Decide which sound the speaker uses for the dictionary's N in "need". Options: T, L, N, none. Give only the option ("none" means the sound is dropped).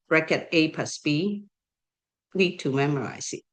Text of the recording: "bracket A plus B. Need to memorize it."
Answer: L